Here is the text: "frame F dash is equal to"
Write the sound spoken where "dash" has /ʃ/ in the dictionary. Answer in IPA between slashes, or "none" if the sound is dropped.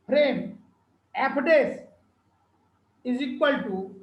/s/